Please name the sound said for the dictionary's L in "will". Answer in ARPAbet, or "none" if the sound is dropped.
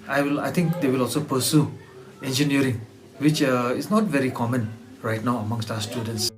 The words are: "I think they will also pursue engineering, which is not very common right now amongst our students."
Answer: L